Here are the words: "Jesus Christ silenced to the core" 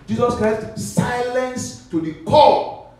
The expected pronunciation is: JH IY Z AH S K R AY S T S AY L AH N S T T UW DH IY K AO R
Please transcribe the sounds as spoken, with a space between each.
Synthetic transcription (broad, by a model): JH IY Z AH S K R AY S T S AY L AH N S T T UW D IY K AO